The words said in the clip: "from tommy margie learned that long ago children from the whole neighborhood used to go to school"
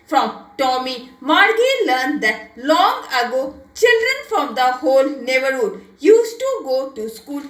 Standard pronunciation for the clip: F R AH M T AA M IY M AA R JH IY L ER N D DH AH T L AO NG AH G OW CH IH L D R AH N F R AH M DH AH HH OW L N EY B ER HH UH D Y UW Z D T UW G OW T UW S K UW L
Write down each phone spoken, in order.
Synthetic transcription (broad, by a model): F R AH M T AA M IY M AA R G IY L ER N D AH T L AO NG AH G OW CH IH L D R AH N F R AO M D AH HH OW L N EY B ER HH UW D Y UW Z T UW G OW T UW S K UW L